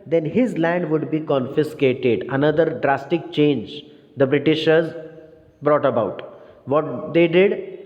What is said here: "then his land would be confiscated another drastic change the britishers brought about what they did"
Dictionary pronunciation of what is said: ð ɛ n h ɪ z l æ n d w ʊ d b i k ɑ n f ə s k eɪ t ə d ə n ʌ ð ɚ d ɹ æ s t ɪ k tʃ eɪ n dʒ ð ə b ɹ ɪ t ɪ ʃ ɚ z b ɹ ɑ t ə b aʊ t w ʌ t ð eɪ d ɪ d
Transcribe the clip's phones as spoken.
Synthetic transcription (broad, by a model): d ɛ n h ɪ z l æ n d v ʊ d b i k ɑ n f ə s k eɪ t ə d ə n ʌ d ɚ d ɹ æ s t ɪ k tʃ eɪ n dʒ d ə b ɹ ɪ t ɪ ʃ ɚ z b ɹ ɑ t ə b aʊ t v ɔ t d eɪ d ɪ d